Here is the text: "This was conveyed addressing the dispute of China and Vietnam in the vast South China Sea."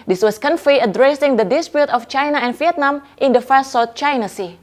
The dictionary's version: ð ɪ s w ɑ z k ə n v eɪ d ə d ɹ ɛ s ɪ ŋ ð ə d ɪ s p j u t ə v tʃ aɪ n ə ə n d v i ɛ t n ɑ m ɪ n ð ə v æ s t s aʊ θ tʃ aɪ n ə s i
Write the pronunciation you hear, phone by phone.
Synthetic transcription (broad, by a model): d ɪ s w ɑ s k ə n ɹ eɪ ə d ɹ ɛ s ɪ ŋ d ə d ɪ s p j u t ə f tʃ aɪ n ə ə n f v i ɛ t n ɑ m ɪ n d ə f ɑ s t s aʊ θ tʃ aɪ n ə s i